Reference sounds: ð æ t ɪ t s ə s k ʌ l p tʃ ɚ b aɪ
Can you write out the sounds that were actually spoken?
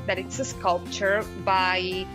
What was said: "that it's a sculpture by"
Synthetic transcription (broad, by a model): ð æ t ɪ t s ə s k ʌ l p tʃ ɚ b aɪ